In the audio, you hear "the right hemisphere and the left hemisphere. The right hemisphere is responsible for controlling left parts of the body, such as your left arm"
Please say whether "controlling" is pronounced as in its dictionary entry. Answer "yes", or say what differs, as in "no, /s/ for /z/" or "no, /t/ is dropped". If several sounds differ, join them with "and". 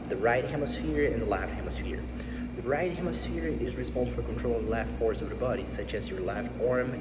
no, /l/ is dropped